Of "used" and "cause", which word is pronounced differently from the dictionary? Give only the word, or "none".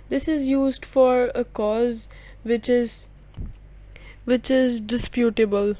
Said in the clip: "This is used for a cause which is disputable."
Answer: none